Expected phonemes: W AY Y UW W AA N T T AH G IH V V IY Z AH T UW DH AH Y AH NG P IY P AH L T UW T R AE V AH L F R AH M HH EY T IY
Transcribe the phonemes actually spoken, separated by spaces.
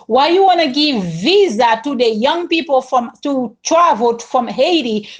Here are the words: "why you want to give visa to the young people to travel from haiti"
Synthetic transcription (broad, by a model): W AY Y UW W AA N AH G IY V V IY Z AH T UW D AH Y AH NG P IY P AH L T UW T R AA V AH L F R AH M HH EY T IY